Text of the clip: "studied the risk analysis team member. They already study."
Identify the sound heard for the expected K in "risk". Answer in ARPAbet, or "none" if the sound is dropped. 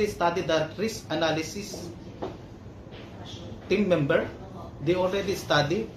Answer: none